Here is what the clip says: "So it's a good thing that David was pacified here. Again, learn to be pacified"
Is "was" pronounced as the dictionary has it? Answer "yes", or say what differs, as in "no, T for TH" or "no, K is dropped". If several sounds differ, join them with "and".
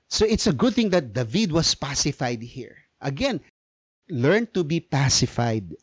no, S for Z